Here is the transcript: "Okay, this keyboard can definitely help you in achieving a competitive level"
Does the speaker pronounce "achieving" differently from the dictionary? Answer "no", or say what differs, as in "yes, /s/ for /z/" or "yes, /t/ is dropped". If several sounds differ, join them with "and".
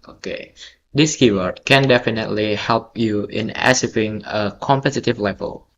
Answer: yes, /s/ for /tʃ/